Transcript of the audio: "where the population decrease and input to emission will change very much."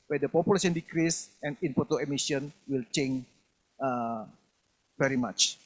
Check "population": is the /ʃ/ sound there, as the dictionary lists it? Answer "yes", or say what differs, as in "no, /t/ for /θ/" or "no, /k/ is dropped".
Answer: no, /s/ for /ʃ/